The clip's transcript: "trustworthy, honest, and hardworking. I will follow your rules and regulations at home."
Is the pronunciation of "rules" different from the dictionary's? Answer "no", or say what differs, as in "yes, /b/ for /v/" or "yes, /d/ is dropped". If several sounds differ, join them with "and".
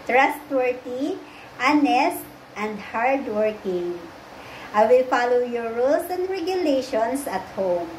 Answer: yes, /s/ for /z/